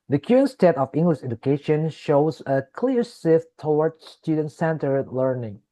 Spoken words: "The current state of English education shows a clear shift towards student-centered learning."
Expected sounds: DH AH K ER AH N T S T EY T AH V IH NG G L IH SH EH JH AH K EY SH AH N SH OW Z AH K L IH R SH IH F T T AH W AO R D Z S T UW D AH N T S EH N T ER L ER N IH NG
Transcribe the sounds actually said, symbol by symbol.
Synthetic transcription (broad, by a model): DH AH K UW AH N S T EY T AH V IH NG G L IH SH EH JH AH K EY SH AH N SH OW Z AH K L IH R S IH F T T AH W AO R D S T UW D AH N T S EH N T ER L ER N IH NG